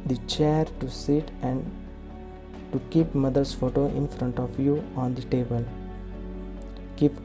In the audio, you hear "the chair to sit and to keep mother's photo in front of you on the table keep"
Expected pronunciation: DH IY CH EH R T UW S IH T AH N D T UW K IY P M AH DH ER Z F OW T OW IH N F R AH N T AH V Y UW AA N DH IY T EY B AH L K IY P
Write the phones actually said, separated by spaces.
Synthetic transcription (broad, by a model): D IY CH EH R T UW S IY T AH N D T UW K IY P M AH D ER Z F OW T OW IH N F R AH N T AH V Y UW AA N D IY T EY B AH L K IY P